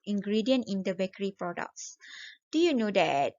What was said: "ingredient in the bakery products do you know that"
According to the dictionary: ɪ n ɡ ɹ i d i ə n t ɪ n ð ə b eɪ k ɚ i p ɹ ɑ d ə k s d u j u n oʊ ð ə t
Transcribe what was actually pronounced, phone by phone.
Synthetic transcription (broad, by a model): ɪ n ɡ ɹ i d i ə n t ɪ n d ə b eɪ k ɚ i p ɹ ɑ d ə k s d u j u n oʊ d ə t